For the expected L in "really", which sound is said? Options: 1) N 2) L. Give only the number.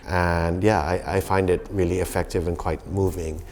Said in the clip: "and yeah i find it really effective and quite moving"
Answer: 2